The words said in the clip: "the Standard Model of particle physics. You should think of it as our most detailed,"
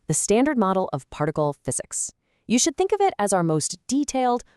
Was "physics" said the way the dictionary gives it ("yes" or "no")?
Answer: yes